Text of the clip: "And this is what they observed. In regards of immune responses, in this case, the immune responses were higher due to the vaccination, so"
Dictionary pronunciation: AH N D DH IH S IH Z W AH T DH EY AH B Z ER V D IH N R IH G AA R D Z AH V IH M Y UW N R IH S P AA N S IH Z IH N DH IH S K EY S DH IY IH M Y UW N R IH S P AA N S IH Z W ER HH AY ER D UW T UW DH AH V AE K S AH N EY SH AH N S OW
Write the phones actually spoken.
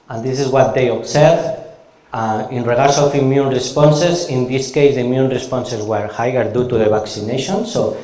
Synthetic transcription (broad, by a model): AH N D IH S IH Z W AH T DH EY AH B S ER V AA IH N R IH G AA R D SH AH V IH M Y UW N R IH S P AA N S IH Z IH N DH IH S K EY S DH IY M Y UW N R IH S P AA N S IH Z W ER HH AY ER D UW T UW DH AH B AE K S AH N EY SH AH N S OW